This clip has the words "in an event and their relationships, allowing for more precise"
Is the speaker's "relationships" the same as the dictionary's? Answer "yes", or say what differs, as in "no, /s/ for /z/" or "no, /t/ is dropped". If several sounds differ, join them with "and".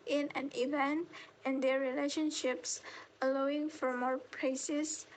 yes